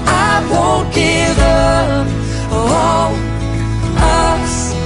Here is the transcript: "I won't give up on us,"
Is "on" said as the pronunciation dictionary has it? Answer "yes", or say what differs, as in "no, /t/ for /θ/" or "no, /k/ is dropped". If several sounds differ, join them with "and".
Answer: no, /l/ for /n/